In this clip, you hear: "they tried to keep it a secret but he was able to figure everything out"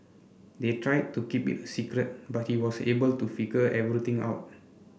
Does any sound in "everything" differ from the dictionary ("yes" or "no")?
yes